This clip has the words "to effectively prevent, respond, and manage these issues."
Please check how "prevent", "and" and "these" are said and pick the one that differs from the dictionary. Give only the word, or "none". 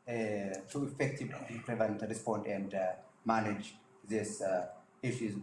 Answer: these